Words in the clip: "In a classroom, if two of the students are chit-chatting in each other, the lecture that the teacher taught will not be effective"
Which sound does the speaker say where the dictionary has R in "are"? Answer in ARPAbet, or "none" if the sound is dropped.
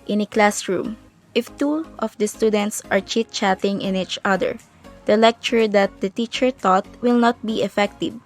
R